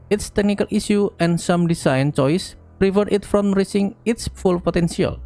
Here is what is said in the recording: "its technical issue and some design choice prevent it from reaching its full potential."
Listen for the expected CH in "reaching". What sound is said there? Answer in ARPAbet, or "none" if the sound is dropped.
S